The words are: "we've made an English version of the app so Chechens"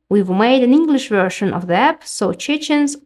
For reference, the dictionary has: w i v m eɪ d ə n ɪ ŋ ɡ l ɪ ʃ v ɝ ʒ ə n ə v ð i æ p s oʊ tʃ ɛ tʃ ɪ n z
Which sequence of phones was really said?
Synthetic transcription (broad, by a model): w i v m eɪ d ə n ɪ ŋ ɡ l ɪ ʃ v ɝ ʃ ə n ə v ð i æ p s oʊ tʃ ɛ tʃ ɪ n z